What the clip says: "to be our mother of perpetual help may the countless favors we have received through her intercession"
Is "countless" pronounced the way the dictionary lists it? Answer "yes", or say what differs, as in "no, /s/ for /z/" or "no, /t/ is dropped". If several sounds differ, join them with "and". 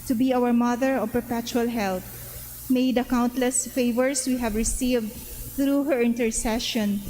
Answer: yes